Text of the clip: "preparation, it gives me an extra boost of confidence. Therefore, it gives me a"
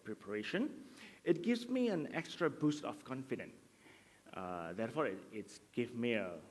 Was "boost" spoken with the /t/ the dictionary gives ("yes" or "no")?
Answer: yes